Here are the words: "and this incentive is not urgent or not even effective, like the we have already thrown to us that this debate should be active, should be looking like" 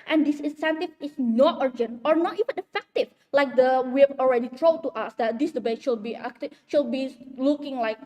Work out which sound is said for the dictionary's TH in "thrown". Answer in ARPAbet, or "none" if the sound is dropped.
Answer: T